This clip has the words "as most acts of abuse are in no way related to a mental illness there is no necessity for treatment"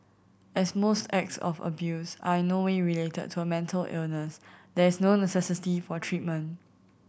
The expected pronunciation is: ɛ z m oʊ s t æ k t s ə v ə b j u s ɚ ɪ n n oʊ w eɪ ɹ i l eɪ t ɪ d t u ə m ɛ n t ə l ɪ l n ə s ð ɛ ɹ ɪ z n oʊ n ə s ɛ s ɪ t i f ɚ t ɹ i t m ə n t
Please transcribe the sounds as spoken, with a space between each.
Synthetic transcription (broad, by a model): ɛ s m oʊ s t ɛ k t s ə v ə b j u s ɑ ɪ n n oʊ w eɪ ɹ i l eɪ t ɪ d t u ə m ɛ n t ə l ɪ l n ə s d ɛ ɹ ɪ s n oʊ n ə s ɛ s ɪ t i f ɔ t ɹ i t m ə n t